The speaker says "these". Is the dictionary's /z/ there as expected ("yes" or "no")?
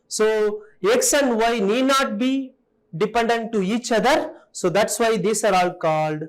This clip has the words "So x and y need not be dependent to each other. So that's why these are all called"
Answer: no